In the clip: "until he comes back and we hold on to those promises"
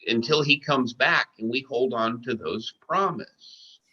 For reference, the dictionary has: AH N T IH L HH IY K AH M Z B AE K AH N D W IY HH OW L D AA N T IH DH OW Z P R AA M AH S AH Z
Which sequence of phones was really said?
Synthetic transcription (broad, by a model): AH N T IH L IY K AH M Z B AE K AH N W IY HH OW L D N T IH DH OW Z P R AA M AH S